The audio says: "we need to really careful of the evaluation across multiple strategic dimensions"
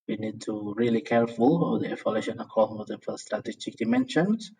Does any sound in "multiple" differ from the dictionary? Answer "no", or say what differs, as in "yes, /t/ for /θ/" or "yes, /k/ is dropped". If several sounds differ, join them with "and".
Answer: yes, /f/ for /p/